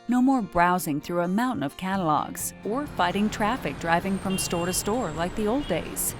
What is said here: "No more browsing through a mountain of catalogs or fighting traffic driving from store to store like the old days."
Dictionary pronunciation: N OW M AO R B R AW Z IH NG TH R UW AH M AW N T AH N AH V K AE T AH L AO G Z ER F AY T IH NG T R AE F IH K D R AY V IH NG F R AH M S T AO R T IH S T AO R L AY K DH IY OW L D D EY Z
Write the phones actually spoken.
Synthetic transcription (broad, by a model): N OW M AO R B R AW Z IH NG TH R UW AH M AW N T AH N AH V K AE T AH L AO G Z ER F AY T IH NG T R AE F IH K D R AY V IH NG F R AH M S T AO R T IH S T AO R L AY K DH IY OW L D D EY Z